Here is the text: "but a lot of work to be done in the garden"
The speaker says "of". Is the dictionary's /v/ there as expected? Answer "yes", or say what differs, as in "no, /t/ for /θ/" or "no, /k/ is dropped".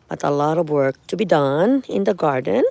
yes